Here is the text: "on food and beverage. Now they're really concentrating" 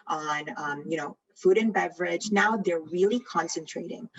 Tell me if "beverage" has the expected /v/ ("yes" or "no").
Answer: yes